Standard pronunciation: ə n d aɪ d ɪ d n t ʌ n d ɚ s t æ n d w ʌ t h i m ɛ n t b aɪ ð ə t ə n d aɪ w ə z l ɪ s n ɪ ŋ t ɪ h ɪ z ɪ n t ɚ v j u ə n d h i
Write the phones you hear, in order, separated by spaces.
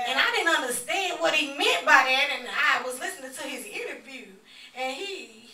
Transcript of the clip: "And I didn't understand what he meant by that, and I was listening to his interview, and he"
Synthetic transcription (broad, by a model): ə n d aɪ d ɪ d n t ʌ n d ɚ s t æ n d w ʌ t h i m ɛ n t b aɪ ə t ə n aɪ w ə z l ɪ s n ɪ ŋ t ɪ ɪ z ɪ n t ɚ v j u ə n i